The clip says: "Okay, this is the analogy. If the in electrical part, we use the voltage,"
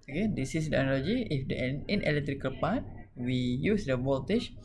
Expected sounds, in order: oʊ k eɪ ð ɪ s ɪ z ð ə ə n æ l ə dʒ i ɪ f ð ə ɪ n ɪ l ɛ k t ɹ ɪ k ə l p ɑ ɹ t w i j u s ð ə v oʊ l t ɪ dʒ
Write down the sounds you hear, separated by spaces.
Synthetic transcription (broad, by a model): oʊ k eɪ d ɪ s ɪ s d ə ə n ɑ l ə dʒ i ɪ f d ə ɪ n ɪ l ɛ k t ɹ ɪ k ə l p ɑ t w i j u s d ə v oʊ l t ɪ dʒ